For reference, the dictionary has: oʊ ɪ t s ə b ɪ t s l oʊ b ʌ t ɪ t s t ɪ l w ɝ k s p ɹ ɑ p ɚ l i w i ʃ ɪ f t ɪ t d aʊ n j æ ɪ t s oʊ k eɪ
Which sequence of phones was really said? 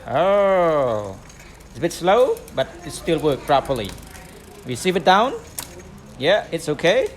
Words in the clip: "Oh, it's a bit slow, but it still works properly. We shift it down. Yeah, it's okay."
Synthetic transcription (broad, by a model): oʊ ɪ t s ə b ɪ t s l oʊ b ʌ t ɪ t s t ɪ l w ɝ k p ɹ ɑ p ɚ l i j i s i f ɪ t d aʊ n j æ ɪ t s oʊ k eɪ